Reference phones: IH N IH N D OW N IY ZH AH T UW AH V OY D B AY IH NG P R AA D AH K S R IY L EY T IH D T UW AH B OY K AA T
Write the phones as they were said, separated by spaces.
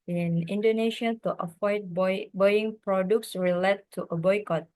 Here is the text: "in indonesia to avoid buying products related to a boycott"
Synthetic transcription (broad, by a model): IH N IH N D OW N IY SH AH T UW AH F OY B B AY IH NG P R AA D AH K S R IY L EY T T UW AH B OY K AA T